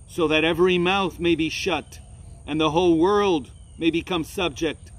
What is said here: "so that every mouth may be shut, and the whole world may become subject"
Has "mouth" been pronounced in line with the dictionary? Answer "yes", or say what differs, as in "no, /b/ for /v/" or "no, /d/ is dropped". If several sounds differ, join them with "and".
yes